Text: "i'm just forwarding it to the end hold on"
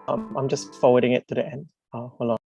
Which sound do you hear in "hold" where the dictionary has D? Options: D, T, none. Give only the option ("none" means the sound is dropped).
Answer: none